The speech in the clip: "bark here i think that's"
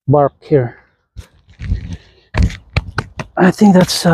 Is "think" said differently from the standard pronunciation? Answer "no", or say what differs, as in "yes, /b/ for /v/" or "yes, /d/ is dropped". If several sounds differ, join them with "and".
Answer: no